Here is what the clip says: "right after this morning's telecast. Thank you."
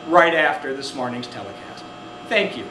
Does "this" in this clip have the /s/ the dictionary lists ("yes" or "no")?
yes